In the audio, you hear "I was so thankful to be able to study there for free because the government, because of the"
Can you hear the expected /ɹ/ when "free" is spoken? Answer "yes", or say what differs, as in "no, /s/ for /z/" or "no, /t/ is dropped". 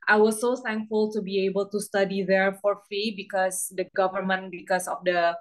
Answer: no, /ɹ/ is dropped